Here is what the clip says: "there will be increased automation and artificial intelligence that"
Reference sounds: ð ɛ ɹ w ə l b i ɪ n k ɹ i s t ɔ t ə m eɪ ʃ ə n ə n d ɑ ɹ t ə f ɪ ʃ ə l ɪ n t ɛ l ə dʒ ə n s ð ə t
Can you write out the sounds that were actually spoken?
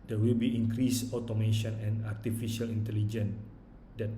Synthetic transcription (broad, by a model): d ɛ w ə l b i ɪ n k ɹ i s ɔ t ə m eɪ ʃ ə n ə n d ɑ ɹ t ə f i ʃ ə l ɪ n t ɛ l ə dʒ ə n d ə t